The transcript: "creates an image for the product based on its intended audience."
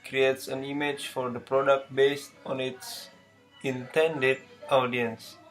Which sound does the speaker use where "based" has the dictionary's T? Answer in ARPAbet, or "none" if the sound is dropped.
T